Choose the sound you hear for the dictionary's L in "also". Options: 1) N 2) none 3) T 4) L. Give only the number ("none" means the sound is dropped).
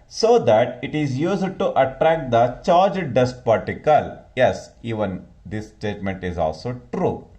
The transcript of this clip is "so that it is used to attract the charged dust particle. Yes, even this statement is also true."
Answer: 4